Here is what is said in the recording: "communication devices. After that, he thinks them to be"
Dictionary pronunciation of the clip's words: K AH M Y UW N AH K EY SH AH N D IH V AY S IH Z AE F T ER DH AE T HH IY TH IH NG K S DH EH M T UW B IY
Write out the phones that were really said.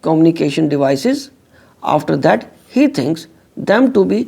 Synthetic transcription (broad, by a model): K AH M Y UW N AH K EY SH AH N D IH V AY S IH Z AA F T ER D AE T HH IY T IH NG K S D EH M T UW B IY